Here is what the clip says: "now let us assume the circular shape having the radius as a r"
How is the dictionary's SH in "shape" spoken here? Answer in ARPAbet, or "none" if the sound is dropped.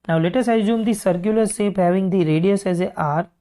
S